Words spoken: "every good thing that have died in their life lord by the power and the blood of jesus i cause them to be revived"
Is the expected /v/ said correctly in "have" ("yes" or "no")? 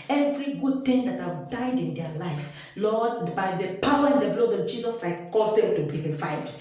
no